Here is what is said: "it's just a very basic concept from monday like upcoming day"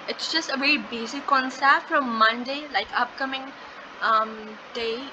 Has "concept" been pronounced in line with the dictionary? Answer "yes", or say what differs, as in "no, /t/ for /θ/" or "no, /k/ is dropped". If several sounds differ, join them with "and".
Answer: no, /p/ is dropped